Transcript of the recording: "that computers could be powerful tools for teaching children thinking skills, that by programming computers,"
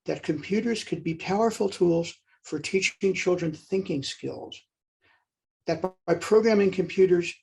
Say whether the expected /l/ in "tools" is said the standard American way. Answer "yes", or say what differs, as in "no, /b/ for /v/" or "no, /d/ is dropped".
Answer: yes